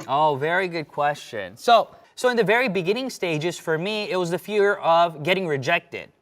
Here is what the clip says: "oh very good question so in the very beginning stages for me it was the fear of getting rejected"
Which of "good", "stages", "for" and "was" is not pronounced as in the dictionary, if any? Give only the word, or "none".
none